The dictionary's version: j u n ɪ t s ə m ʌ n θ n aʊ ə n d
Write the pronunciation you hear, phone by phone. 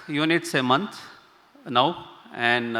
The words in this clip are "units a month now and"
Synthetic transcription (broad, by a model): j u n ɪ t s ə m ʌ n t n aʊ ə n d